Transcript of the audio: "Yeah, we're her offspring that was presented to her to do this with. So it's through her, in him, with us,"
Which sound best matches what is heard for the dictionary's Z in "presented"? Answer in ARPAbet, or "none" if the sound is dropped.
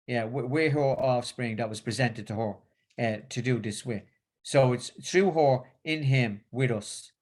Z